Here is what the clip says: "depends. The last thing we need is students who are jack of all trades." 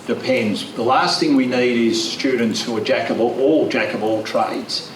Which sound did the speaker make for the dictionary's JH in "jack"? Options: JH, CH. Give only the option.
JH